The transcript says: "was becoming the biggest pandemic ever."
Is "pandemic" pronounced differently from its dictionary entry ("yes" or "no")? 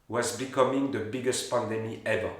yes